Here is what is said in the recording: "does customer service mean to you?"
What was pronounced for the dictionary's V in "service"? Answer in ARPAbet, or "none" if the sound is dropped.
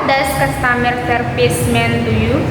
P